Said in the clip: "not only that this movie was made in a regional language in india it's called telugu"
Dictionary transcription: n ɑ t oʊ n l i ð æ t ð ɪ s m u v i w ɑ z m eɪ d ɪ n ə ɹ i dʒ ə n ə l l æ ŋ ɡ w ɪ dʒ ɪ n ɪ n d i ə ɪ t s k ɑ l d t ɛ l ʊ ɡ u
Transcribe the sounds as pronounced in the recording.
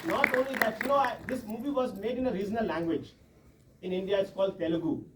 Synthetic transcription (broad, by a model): n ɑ t oʊ n l i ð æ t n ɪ s m u v i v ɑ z m eɪ d ɪ n ə ɹ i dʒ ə n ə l l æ ŋ ɡ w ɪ dʒ ɪ n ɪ n d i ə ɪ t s k ɑ l d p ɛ l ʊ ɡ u